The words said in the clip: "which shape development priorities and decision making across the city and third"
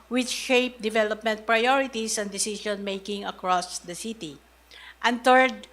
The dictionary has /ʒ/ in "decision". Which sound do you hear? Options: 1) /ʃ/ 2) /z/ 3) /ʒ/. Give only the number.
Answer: 1